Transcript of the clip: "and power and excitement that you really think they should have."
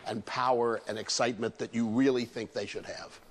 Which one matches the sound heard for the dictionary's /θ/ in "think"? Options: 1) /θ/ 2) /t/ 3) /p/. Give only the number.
1